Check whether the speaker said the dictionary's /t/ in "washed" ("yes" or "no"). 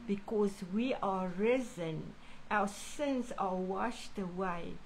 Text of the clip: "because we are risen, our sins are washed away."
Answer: yes